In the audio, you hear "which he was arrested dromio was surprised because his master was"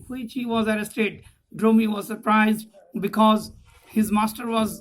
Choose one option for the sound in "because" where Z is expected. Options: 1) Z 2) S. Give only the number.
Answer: 1